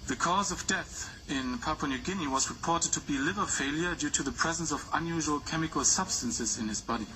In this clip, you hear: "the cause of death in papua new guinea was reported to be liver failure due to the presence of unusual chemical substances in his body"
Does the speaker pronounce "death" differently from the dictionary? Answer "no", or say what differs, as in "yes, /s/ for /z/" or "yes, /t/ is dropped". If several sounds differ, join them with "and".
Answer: no